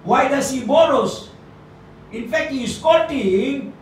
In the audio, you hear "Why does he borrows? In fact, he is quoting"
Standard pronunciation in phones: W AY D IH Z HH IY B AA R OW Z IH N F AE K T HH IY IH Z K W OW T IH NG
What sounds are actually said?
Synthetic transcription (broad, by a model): W AY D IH S HH IY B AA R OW S IH N F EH K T HH IY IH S K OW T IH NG